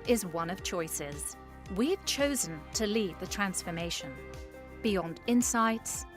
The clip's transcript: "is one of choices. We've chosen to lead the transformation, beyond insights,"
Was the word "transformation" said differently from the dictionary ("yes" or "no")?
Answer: no